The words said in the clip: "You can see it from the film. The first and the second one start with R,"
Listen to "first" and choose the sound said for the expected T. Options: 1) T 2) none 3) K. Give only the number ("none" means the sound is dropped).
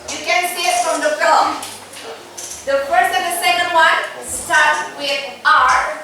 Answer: 2